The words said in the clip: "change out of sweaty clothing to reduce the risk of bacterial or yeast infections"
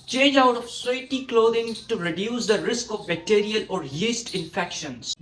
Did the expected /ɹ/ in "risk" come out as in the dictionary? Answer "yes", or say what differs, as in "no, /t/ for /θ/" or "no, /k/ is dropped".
yes